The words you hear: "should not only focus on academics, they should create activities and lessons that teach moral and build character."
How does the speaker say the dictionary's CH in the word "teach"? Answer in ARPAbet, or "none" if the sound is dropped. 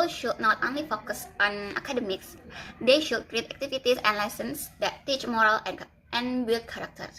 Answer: CH